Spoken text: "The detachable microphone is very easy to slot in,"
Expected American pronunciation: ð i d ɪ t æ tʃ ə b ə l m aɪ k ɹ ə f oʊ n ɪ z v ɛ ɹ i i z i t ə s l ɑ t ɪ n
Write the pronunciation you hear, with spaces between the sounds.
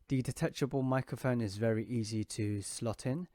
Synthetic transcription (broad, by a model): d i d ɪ t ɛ tʃ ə b ə l m aɪ k ɹ ə f oʊ n ɪ z v ɛ ɹ i i z i t ə s l ɑ t ɪ n